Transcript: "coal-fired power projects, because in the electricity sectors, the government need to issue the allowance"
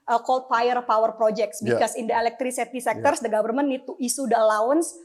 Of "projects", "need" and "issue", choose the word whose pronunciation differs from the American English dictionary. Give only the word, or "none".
issue